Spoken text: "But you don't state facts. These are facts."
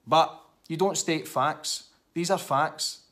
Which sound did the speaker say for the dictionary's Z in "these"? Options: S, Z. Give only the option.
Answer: Z